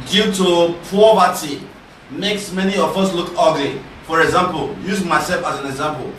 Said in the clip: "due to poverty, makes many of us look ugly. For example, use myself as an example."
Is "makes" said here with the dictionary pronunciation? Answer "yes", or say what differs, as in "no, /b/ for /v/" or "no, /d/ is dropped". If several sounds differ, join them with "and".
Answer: yes